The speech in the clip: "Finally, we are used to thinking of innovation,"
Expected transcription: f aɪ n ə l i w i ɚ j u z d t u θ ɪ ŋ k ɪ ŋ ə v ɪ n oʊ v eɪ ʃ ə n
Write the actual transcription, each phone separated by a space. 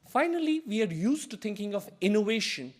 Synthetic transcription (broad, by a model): f aɪ n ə l i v i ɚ j u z t u t ɪ ŋ k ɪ ŋ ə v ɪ n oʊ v eɪ ʃ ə n